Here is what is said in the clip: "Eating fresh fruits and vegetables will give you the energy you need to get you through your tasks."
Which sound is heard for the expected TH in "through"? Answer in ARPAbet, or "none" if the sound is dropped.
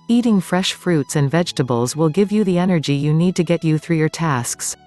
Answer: TH